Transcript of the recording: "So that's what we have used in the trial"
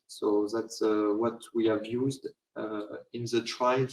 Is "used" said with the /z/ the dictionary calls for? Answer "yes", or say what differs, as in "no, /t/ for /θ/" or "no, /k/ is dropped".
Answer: yes